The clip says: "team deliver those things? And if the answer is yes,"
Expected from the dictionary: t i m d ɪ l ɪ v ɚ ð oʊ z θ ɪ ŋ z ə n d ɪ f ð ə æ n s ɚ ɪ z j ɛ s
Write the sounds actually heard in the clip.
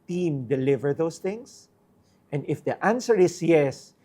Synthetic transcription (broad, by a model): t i m d ɪ l ɪ v ɚ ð oʊ s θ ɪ ŋ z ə n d ɪ f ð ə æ n s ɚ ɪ s j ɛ s